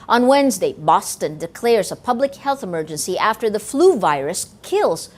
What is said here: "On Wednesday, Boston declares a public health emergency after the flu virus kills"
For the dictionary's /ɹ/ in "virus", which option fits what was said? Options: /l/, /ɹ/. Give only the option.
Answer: /ɹ/